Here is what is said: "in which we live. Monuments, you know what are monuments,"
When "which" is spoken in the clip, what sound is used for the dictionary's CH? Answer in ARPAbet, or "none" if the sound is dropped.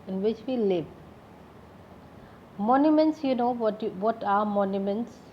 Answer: CH